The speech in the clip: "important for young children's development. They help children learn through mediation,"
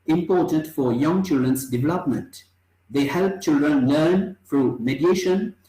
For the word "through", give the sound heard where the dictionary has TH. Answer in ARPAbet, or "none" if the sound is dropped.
F